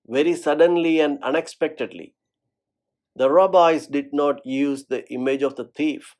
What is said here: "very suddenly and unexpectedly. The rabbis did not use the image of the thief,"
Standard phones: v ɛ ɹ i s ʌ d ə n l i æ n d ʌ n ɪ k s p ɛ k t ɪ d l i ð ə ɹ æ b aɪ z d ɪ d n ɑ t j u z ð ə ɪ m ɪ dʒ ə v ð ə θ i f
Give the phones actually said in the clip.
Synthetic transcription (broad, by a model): v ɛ ɹ i s ʌ d ə n l i æ n d ʌ n ɪ k s p ɛ k t ɪ d l i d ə ɹ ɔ b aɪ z d ɪ d n ɑ t j u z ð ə ɪ m ɪ dʒ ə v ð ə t i f